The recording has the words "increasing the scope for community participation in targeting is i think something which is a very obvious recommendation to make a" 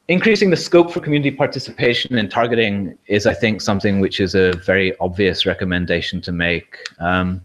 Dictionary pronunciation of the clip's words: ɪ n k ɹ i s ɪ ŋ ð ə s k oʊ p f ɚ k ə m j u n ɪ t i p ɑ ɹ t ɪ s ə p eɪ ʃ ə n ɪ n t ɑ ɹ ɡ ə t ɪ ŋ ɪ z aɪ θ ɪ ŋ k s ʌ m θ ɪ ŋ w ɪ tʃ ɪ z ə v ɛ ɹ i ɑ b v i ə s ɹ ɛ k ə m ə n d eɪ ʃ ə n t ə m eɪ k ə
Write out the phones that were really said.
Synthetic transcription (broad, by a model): ɪ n k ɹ i s ɪ ŋ ð ə s k oʊ p f ɚ k ə m j u n ɪ t i p ɑ ɹ t ɪ s ə p eɪ ʃ ə n ɪ n t ɑ ɹ ɡ ə t ɪ ŋ ɪ z aɪ θ ɪ ŋ k s ʌ m θ ɪ ŋ w ɪ tʃ ɪ z ə v ɛ ɹ i ɑ b v i ə s ɹ ɛ k ə m ə n d eɪ ʃ ə n t ə m eɪ k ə